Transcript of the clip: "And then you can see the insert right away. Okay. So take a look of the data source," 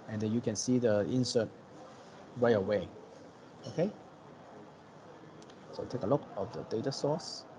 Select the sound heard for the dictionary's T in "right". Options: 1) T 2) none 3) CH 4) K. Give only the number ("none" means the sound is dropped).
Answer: 2